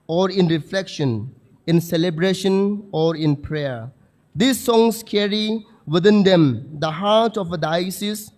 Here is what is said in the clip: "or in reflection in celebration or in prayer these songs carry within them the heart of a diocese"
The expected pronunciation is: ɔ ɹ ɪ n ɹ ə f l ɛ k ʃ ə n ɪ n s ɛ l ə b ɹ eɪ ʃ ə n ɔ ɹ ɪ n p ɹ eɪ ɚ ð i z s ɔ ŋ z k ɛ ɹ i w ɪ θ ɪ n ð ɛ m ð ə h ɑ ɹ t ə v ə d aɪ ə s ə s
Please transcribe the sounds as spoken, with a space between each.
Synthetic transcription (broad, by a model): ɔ ɹ ɪ n ɹ ə f l ɛ k ʃ ə n ɪ n s ɛ l ə b ɹ eɪ ʃ ə n ɔ ɹ ɪ n p ɹ eɪ ɚ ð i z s ɔ ŋ s k ɛ ɹ i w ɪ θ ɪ n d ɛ m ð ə h ɑ ɹ t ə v ə d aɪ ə s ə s